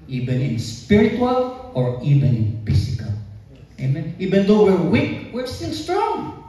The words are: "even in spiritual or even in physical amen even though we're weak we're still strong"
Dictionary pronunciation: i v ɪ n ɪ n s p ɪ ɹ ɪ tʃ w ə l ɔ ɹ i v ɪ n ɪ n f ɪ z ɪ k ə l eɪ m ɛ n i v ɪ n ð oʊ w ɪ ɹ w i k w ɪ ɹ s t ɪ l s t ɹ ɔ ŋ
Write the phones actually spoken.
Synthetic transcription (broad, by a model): i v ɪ n ɪ n s p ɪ ɹ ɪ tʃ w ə l ɔ ɹ i v ɪ n ɪ n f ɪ s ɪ k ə l eɪ m ɛ n i v ɪ n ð oʊ w ɪ ɹ w i k w ɪ ɹ s t ɪ l s t ɹ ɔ ŋ